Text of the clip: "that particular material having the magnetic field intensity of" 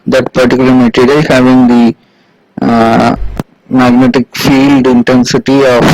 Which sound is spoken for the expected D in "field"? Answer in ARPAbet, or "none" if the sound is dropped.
D